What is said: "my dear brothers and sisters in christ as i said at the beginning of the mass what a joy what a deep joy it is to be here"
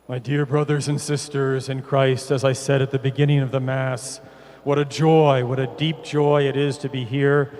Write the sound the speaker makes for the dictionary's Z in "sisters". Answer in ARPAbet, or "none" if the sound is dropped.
Z